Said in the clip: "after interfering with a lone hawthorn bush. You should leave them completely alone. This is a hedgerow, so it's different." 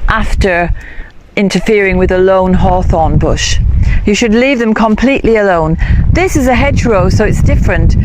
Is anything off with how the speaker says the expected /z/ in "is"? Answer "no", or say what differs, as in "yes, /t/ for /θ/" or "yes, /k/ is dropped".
no